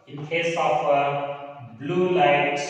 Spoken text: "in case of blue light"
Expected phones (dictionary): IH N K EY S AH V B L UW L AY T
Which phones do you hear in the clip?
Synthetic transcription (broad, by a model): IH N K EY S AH W B L UW L AY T